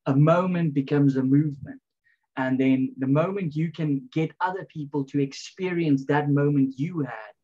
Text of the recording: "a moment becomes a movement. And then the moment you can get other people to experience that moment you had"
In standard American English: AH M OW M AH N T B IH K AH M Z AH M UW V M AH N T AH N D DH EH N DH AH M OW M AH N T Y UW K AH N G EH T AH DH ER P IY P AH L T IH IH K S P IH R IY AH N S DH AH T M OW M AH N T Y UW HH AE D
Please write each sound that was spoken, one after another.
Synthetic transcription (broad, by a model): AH M OW M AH N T B IH K AH M Z AH M UW V M AH N T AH N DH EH N DH AH M OW M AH N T Y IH K AH N G EH T AH DH ER P IY P AH L T IH IH K S P IH R IY AH N S DH AH T M OW M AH N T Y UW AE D